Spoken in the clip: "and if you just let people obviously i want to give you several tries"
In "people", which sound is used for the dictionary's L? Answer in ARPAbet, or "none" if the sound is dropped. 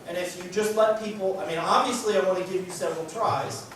N